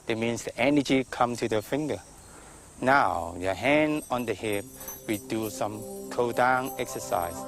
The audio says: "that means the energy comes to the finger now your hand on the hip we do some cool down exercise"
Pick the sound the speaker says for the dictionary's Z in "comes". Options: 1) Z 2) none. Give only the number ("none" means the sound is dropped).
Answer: 2